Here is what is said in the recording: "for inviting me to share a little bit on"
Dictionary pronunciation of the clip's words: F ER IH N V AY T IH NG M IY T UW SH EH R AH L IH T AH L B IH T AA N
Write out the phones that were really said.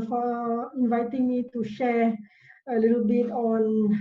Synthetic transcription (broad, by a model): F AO IH N V AY T IH NG M IY T UW SH EH R AH L IH T AH L B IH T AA N